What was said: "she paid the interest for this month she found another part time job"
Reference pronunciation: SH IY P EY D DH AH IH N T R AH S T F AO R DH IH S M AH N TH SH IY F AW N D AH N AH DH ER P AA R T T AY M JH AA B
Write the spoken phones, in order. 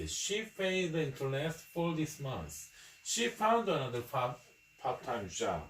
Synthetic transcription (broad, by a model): SH IY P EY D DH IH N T L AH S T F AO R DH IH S M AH N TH SH IY F AW N D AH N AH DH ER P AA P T T AY M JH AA